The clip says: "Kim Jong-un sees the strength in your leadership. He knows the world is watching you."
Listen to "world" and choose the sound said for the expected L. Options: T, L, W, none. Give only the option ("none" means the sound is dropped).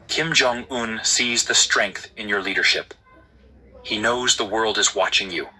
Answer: L